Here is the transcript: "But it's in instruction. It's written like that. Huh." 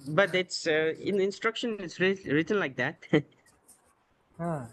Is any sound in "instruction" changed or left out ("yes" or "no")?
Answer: no